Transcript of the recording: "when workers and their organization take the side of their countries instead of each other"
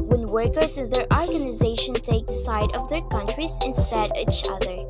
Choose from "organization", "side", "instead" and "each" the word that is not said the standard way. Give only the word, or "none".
none